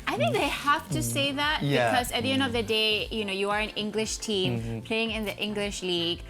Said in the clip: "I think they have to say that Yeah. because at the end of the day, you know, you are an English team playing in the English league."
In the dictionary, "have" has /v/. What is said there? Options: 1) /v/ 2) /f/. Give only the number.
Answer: 2